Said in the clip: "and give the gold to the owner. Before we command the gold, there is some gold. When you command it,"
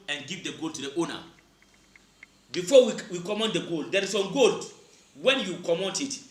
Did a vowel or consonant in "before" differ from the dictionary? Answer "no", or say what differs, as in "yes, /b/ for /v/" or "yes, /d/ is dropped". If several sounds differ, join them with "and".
yes, /w/ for /ɹ/